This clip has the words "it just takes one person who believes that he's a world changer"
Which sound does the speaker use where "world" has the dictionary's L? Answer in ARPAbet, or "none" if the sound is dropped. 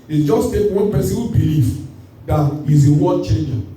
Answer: none